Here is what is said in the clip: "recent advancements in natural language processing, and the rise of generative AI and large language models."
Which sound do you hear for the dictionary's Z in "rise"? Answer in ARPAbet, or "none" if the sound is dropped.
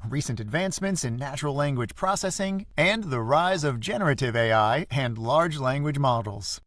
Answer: Z